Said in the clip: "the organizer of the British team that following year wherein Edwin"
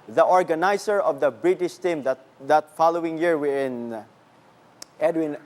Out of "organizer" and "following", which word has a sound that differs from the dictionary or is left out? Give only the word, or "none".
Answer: organizer